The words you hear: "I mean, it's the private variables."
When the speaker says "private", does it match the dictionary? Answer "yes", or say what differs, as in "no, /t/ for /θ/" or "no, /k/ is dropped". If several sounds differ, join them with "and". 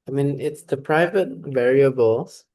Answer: yes